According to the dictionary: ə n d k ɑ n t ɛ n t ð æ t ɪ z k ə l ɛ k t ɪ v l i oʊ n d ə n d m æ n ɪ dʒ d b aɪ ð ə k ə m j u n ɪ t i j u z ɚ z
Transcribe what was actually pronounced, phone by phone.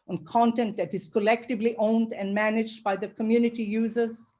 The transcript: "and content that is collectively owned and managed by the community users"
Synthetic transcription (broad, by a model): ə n k ɑ n t ɛ n t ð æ t ɪ z k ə l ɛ k t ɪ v l i oʊ n d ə n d m æ n ɪ dʒ d b aɪ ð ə k ə m j u n ɪ t i j u z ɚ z